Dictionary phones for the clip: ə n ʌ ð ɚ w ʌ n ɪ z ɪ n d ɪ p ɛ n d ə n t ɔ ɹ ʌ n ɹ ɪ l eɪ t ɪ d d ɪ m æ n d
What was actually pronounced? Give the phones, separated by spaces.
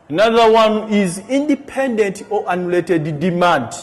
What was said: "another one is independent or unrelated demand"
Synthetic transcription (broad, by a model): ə n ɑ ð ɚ w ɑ n ɪ z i n d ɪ p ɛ n d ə n t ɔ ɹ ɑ n ɪ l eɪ t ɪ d d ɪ m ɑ n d